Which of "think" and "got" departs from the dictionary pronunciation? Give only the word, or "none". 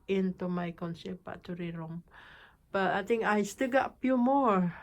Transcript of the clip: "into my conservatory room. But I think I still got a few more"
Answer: think